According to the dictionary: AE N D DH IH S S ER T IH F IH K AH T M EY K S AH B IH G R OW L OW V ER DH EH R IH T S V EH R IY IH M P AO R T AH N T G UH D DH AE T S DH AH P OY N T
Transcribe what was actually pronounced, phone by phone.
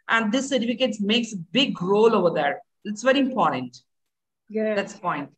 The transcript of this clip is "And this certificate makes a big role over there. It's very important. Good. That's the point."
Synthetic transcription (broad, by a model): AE N D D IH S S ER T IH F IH K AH T M EY K S AH B IH G R OW L OW V ER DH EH R IH T S V EH R IY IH M P AO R T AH N T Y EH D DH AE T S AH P OY N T